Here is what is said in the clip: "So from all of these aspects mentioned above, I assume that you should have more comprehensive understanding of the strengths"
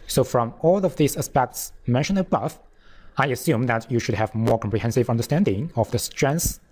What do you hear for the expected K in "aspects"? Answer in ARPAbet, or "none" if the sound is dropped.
K